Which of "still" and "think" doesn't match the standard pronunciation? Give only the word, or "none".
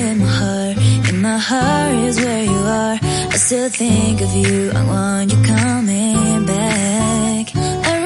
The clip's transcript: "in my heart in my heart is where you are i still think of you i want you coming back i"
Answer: none